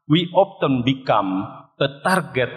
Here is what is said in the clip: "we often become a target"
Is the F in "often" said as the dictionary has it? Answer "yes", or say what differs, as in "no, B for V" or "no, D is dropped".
no, P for F